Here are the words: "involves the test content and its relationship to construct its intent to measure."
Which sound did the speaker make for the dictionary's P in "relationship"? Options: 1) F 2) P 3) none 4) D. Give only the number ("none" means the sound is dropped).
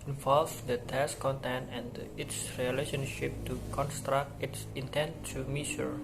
2